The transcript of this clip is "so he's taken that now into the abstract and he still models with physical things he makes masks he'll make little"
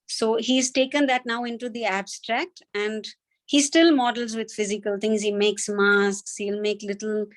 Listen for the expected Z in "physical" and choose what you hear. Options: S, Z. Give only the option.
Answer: Z